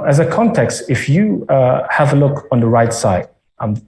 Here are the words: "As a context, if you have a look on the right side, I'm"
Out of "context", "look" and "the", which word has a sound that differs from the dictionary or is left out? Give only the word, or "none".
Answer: none